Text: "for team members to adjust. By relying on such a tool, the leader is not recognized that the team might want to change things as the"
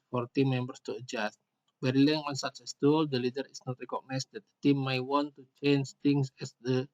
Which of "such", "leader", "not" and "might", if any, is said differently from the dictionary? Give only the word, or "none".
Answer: such